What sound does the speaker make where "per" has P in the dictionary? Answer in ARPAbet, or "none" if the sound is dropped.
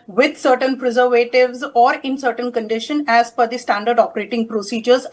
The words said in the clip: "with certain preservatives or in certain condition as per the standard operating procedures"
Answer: F